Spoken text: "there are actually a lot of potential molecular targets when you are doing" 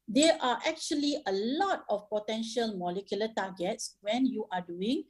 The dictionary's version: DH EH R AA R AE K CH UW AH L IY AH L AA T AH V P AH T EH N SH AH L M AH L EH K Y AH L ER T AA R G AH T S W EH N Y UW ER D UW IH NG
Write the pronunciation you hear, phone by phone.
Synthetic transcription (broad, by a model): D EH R AA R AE K CH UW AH L IY AH L AA T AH F P AH T EH N SH AH L M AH L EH K Y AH L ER T AA G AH T S W EH N Y UW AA D UW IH NG